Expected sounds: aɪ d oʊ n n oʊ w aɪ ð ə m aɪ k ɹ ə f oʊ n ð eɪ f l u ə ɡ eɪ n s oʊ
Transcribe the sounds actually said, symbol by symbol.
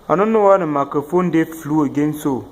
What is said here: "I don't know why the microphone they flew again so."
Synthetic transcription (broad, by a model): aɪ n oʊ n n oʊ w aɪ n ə m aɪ k ə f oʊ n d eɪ f l u ə ɡ eɪ n s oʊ